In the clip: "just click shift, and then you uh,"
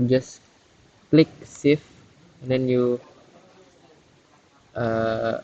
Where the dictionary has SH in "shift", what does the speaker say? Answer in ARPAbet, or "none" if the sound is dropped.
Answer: S